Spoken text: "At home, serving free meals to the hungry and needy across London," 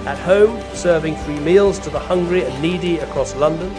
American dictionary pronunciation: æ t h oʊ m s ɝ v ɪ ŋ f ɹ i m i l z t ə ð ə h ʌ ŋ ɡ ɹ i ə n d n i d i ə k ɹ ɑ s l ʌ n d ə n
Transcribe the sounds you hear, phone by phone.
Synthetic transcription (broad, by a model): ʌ t h oʊ m s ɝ v ɪ ŋ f ɹ i m i l z t ə ð ə h ʌ ŋ ɡ ɹ i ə n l i d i ə k ɹ ɑ s l ʌ n d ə n